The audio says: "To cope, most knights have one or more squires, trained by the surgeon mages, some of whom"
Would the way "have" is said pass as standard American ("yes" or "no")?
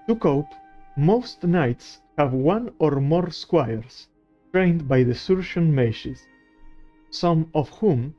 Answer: yes